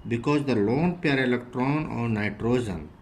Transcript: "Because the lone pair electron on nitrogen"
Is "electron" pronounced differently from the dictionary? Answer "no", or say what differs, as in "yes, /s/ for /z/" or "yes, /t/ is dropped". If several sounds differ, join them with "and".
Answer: no